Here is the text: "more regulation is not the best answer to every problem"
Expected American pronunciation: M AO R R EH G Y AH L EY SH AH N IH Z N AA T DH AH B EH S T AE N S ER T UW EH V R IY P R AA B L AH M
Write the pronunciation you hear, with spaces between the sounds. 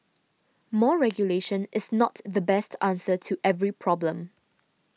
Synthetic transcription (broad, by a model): M AO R R EH G Y AH L EY SH AH N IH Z N AA T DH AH B EH S T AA N S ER T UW EH V R IY P R AA B L AH M